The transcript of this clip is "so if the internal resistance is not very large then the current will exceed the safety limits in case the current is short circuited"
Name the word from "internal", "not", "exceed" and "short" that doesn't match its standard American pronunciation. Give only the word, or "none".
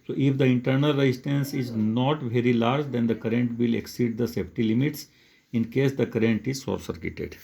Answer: short